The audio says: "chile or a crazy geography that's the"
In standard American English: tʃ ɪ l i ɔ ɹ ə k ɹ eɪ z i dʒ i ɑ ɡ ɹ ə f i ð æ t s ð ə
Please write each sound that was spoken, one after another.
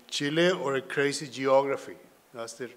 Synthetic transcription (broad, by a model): tʃ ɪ l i ɔ ɹ ə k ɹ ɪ s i dʒ i ɑ ɡ ɹ ə f i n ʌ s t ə